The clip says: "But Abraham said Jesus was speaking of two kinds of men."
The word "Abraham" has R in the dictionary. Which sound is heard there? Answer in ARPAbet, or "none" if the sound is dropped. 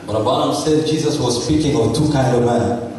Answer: none